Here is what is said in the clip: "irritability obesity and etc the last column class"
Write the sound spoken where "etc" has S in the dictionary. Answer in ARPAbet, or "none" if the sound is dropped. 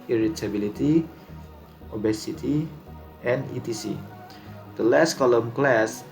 none